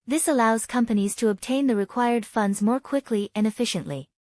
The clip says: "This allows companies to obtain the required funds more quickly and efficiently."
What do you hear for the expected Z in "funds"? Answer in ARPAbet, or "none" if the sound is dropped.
Z